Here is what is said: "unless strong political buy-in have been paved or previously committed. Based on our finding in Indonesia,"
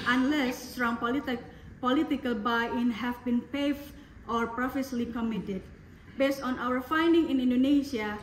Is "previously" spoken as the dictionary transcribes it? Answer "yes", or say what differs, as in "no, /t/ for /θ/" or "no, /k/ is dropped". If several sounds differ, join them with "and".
no, /f/ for /v/